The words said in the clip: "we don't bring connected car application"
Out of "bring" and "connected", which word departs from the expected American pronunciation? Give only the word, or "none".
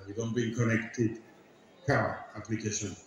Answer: bring